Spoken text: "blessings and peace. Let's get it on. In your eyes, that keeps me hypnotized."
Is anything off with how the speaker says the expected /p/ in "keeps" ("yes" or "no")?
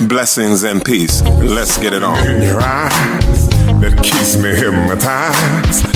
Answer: yes